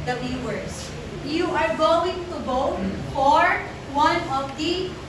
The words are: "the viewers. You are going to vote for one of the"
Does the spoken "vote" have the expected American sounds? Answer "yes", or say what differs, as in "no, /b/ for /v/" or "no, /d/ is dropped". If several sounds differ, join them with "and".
no, /b/ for /v/